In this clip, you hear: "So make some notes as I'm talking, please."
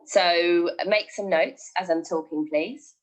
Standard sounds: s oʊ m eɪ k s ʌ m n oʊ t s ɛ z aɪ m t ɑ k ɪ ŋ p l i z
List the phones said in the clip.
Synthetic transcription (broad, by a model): s oʊ m eɪ k s ʌ m n oʊ t s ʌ z aɪ m t ɑ k ɪ ŋ p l i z